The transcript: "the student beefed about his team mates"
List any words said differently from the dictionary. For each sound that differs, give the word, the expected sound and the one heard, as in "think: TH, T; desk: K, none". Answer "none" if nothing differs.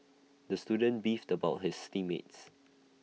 his: Z, S